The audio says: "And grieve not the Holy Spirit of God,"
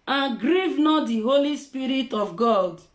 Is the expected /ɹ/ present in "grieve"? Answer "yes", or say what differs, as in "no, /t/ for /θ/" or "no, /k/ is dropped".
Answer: yes